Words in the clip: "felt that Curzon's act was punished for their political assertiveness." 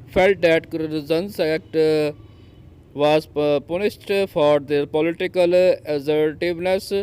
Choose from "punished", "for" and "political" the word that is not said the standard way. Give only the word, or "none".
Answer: punished